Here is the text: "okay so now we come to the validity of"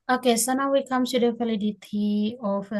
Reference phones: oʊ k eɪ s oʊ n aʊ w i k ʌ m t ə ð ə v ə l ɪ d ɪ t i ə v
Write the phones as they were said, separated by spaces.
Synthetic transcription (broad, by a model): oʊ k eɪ s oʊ n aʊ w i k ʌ m s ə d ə f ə l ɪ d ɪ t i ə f